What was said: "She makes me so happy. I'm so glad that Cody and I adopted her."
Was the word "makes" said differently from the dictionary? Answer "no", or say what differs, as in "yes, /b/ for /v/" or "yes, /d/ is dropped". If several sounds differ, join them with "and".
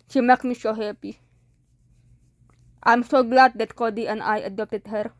yes, /s/ is dropped